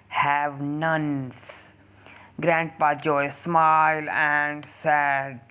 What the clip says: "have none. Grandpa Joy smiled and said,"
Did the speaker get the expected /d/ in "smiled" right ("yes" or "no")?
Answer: no